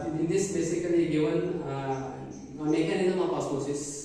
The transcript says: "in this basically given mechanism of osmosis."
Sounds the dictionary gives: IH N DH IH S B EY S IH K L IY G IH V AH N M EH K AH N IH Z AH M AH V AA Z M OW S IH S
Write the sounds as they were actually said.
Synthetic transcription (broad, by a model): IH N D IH S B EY S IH K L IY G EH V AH N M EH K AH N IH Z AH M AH P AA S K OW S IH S